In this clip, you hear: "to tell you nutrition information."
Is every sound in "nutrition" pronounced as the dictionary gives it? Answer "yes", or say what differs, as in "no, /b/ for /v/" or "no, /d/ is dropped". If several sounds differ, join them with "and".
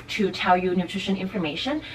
yes